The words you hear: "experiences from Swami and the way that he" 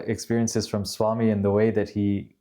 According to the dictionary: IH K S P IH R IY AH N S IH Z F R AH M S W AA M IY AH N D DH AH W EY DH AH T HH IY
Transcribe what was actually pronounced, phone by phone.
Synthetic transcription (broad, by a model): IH K S P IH R IY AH N S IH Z F R AH M S W AA M IY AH N DH AH W EY DH AH T HH IY